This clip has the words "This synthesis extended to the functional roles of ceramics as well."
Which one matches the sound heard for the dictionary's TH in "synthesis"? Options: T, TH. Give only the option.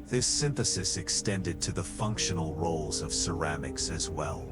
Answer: TH